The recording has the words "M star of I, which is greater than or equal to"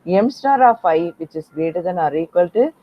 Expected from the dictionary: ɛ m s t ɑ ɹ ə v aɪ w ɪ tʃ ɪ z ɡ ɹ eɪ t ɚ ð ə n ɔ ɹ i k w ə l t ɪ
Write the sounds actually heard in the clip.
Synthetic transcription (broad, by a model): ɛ m s t ɑ ɹ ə f aɪ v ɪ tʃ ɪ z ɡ eɪ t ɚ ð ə n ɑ ɹ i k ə l t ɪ